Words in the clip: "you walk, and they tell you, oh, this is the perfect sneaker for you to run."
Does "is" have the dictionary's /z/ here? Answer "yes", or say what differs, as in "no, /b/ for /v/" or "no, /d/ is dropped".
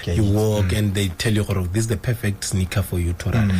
no, /s/ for /z/